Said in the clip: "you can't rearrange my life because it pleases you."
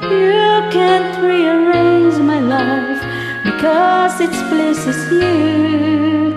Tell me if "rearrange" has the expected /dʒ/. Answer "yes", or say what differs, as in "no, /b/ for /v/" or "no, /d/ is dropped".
no, /z/ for /dʒ/